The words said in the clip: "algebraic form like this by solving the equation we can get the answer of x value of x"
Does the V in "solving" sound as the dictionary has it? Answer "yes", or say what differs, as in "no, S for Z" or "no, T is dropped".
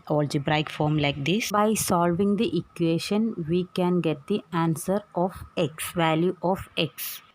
yes